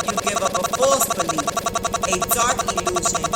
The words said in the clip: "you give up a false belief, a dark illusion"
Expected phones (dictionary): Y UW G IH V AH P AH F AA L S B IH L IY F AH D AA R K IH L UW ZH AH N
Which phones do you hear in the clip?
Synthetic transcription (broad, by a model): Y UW G IH V AH P AH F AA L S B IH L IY AH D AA R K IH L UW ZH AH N